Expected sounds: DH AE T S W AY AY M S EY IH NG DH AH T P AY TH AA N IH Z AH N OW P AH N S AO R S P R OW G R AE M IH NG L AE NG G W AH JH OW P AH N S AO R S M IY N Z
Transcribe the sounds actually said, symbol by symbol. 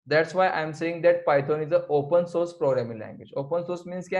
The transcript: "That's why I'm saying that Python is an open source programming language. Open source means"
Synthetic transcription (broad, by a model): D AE T S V AY AY M S EY IH NG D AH T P AY T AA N IH Z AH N OW P AH N S AO R S P R OW G R AE M IH NG L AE NG G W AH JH OW P AH N S AO R S M IY N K